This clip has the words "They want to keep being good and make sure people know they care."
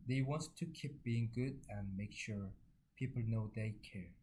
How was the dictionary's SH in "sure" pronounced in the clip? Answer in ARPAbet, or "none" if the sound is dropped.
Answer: SH